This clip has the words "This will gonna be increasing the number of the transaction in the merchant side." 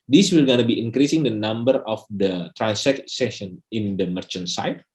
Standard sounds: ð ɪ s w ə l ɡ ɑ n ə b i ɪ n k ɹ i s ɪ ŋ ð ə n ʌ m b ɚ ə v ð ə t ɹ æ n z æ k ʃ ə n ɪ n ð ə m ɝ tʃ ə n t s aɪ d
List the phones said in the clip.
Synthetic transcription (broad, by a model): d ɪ s w ə l ɡ ɑ n ə b i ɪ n k ɹ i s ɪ ŋ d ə n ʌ m b ɚ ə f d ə t ɹ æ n s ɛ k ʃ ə n ɪ n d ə m ɝ tʃ ə n t s aɪ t